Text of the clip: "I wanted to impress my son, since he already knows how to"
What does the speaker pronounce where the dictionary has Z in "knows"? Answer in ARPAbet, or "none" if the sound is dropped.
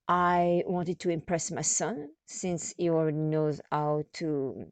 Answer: Z